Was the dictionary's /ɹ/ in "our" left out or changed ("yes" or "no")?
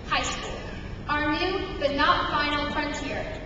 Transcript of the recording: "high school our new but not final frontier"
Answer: no